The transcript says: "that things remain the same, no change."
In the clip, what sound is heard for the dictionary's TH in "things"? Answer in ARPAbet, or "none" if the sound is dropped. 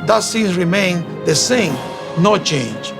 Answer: S